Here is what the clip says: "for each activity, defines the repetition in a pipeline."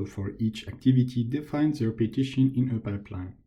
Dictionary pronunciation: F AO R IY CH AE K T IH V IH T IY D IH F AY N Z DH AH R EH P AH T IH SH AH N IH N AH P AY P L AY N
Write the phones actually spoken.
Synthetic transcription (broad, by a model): F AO R IY CH AE K T IH V IH T IY D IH F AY N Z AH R P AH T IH SH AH N IH N AH P AY P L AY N